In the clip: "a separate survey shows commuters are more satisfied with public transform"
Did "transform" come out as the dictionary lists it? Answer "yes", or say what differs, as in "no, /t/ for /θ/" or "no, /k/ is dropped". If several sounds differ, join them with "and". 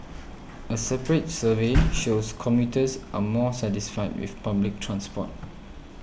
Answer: no, /p/ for /f/